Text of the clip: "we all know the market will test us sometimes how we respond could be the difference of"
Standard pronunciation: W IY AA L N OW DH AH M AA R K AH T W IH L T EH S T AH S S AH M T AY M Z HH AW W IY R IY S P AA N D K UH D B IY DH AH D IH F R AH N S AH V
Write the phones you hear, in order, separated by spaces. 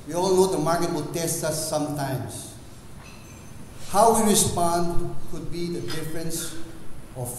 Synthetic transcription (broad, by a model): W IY AA L N OW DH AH M AA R K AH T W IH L T EH S T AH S S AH M T AY M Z HH AW W IY R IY S P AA N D K UH D B IY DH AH D IH F R AH N S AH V